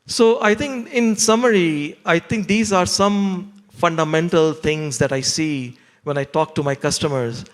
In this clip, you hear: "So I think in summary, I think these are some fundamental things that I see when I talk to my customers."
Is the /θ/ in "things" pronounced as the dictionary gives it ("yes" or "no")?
no